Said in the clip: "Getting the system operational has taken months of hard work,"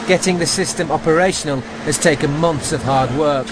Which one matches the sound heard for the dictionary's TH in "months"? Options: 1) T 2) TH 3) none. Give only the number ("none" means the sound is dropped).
2